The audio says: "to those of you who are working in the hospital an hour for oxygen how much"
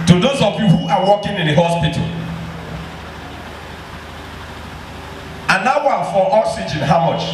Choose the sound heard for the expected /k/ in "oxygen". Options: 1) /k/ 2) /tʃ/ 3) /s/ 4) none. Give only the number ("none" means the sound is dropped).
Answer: 4